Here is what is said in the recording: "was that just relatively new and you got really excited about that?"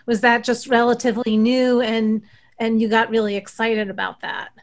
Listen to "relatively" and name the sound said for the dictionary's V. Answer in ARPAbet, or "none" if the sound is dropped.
V